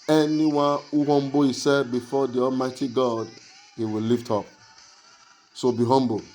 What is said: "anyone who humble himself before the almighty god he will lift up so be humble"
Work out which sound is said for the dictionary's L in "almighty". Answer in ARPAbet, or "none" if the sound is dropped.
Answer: L